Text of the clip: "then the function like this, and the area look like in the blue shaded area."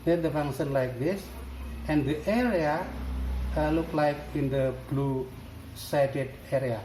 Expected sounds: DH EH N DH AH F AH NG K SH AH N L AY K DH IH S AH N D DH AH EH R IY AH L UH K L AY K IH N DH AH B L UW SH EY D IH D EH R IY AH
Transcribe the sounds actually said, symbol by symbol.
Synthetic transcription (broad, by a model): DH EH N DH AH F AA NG SH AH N L AY K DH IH S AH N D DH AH EH R IY AH L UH K L AY K IH N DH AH B L UW S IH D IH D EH R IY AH